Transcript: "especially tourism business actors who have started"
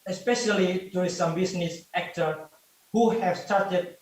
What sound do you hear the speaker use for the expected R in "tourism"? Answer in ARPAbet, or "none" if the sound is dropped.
none